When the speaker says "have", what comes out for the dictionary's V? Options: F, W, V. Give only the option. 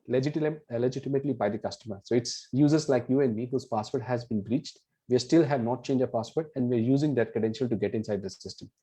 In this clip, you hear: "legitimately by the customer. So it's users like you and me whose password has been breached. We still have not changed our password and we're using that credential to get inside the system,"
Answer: V